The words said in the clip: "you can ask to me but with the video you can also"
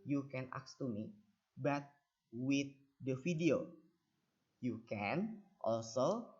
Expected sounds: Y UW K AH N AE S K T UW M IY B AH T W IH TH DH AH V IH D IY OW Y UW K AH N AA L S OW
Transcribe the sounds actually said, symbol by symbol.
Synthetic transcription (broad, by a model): Y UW K AH N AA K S T UW M IY B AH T W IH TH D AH F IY D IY OW Y UW K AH N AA L S OW